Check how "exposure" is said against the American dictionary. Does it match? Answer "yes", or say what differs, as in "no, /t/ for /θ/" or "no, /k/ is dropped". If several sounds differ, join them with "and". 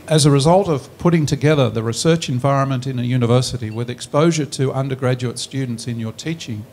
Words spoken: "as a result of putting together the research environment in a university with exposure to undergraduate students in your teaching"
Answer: yes